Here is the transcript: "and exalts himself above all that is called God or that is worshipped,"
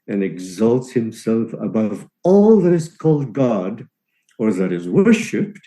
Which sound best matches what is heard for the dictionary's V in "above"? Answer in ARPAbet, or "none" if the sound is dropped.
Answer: V